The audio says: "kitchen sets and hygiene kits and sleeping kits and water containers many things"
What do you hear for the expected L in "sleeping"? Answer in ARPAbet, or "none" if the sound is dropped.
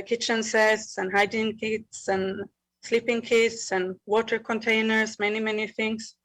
L